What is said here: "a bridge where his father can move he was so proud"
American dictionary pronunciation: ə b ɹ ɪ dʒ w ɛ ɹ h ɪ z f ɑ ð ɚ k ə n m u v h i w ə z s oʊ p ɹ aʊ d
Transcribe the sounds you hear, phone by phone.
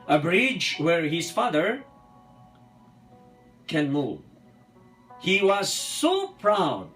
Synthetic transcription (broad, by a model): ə b ɹ ɪ dʒ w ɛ ɹ h ɪ z f ɑ ð ɚ k ə n m u v h i w ə z s oʊ p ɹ aʊ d